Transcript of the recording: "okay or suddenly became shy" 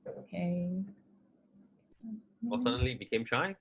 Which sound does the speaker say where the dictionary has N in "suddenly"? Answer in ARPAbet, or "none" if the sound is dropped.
N